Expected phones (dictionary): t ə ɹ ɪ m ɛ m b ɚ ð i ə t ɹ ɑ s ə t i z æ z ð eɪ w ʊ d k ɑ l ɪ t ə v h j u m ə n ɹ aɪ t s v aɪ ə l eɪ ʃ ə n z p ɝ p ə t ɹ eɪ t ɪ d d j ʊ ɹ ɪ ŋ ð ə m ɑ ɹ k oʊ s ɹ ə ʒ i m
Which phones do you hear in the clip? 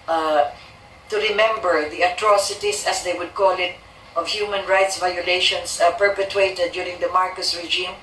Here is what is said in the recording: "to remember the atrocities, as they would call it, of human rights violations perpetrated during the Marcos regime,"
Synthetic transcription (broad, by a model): t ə ɹ ɪ m ɛ m b ɚ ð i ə t ɹ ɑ s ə t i s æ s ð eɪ w ʊ d k ɑ l ɪ t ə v h j u m ə n ɹ aɪ t s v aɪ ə l eɪ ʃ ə n s p ɝ p ə t ɹ eɪ t ɪ d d j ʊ ɹ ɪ ŋ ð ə m ɑ ɹ k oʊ s ɹ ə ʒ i m